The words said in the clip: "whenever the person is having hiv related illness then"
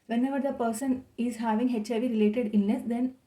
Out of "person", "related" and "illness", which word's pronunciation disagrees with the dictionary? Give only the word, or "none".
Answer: illness